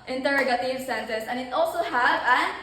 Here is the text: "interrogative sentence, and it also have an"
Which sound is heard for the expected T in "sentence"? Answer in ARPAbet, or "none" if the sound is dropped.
S